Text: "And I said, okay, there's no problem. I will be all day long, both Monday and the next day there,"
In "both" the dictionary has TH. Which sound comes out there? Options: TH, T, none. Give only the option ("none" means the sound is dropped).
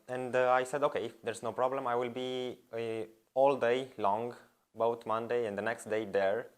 T